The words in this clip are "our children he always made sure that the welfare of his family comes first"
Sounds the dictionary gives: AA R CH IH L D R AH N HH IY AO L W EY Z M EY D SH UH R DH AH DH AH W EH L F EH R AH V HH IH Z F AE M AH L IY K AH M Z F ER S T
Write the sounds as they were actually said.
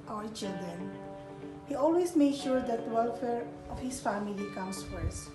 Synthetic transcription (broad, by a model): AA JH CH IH D AH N HH IY AO L W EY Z M EY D SH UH R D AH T W EH L F EH R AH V HH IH S F AE M AH L IY K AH M S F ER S